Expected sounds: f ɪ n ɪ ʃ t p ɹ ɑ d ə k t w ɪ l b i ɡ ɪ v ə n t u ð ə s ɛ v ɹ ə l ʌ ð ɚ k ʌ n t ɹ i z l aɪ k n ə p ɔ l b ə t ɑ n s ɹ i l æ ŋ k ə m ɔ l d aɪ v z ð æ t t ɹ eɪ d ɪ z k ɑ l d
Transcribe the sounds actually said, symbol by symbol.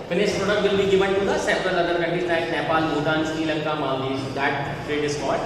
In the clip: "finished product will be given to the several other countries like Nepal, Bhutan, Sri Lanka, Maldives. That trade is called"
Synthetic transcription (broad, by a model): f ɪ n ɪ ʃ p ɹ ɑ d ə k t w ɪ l b i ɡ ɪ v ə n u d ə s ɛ p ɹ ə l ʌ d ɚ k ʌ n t i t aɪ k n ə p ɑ l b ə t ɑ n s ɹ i l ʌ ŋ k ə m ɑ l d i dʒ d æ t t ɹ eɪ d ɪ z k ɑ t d